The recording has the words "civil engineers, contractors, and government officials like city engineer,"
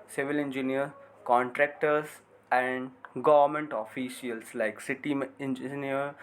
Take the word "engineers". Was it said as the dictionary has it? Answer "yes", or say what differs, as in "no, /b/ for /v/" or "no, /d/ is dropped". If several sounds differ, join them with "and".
no, /z/ is dropped